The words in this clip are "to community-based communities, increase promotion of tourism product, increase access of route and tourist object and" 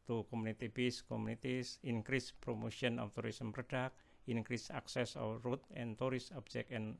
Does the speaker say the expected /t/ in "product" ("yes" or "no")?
no